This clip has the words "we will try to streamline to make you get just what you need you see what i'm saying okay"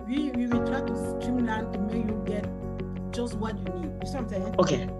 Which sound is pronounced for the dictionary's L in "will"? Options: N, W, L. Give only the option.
W